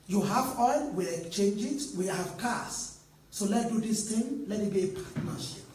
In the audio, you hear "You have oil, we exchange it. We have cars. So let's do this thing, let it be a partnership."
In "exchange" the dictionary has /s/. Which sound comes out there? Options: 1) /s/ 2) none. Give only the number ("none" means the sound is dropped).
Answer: 2